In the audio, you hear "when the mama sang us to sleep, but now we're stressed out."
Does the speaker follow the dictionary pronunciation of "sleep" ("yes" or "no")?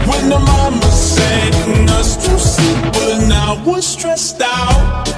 no